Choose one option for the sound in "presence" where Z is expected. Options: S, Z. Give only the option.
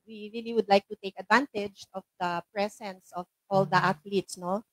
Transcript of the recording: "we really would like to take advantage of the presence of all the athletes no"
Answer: S